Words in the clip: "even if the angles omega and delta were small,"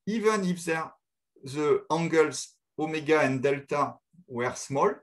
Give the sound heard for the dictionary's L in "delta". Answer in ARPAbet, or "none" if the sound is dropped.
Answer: L